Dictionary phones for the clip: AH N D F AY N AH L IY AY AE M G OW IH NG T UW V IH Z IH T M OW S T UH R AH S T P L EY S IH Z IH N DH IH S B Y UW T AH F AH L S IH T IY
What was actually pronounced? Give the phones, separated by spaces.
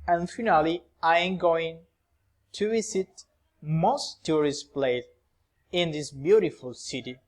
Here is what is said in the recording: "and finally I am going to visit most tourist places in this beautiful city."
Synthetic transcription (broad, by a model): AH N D F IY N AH L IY AY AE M G OW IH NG T UW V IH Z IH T M OW S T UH R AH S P L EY IH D IH N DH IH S B Y UW T AH F AH L S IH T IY